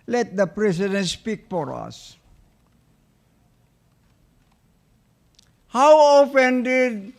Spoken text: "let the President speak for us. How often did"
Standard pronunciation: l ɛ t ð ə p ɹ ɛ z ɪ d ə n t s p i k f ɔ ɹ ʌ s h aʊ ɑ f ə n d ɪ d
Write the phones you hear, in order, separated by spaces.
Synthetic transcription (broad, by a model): l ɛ t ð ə p ɹ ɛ s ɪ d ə n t s p i k f ɔ ɹ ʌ s h aʊ ɑ f ə n d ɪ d